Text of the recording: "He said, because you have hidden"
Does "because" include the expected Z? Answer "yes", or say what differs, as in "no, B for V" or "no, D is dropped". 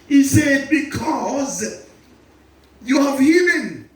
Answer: yes